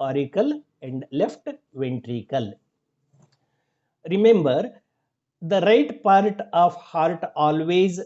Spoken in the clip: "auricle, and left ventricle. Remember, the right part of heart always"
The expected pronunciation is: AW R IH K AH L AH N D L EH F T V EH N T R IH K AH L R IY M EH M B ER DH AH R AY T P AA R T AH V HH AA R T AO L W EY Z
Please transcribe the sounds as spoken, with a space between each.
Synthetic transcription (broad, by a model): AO R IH K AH L AH N D L EH F T V EH N T R IH K AH L R IY M EH M B ER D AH R AY T P AA R T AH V HH AA R T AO L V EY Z